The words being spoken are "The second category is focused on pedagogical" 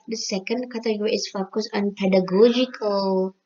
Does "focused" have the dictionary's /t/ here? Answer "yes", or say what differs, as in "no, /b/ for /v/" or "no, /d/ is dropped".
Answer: no, /t/ is dropped